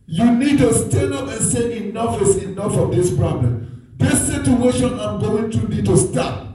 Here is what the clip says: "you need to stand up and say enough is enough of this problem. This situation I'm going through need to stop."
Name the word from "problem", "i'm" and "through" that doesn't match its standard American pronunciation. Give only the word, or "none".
through